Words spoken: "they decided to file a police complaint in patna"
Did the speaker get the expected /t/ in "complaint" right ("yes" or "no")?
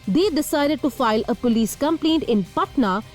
yes